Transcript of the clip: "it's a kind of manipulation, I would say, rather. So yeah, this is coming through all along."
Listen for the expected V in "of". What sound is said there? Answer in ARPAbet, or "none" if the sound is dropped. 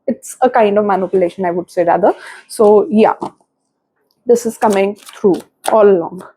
V